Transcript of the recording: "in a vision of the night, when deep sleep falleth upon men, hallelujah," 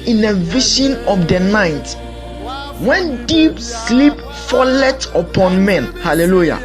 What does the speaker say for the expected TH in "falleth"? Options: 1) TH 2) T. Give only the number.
2